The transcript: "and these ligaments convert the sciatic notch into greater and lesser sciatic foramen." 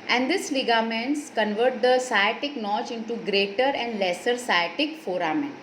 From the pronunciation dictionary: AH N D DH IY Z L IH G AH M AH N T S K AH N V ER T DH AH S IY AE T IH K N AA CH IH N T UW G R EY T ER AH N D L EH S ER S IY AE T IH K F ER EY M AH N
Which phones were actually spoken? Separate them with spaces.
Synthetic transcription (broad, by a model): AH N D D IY S L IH G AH M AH N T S K AH N V ER T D AH S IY T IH K N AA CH IH N T UW G R EY T ER AH N D L EH S ER S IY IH T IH K F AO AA M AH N